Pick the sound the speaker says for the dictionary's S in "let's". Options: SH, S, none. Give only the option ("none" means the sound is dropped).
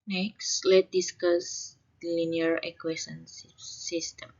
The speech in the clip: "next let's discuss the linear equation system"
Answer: none